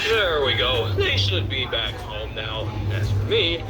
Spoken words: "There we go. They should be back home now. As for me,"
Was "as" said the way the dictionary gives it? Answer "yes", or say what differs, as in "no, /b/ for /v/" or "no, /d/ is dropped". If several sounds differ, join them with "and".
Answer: no, /s/ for /z/